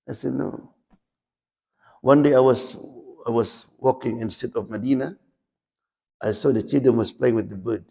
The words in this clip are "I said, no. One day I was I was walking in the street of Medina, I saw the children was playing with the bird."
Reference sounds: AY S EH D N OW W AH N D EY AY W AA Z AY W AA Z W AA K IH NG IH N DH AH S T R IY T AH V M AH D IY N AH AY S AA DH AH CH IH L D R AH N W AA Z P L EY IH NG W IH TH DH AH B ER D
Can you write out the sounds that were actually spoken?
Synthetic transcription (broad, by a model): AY S EH D N OW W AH N D EY AY W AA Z AY W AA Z W AA K IH NG IH N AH S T EH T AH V M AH D IY N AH AY S AA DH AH CH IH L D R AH N W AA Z P L EY IH NG W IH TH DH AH B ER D